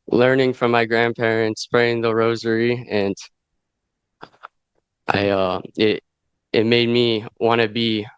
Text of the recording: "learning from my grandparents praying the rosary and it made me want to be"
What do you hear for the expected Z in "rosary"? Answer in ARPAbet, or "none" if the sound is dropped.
Z